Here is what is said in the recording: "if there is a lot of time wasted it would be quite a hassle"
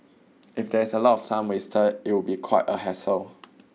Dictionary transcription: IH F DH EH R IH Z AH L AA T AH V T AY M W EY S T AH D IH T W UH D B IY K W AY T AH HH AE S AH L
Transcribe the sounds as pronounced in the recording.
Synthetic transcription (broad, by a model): IH F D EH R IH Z AH L AA T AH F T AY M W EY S T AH IH T W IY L B IY K W AY T AH HH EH S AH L